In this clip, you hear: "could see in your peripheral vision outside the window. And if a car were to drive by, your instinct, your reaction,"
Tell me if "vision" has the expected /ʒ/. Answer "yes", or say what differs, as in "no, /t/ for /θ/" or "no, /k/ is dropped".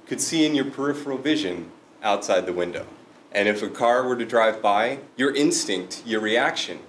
yes